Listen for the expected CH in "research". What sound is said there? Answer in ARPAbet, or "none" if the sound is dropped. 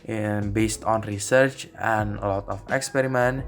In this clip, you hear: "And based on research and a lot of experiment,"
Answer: CH